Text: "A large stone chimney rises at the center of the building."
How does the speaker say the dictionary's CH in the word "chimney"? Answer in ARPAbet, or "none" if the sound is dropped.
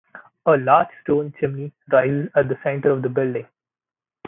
CH